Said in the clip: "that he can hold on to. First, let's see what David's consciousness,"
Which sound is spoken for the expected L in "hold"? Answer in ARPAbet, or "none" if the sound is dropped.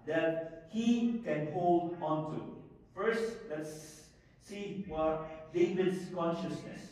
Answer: L